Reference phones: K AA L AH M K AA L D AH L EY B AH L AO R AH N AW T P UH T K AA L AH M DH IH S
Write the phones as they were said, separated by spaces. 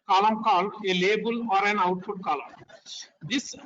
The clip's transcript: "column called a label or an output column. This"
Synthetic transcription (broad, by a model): K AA L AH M K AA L AH L EY B AH L AO R AH N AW T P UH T K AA L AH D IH S